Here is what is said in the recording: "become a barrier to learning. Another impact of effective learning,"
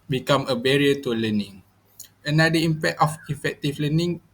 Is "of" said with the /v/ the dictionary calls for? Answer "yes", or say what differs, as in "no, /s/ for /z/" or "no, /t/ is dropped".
no, /f/ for /v/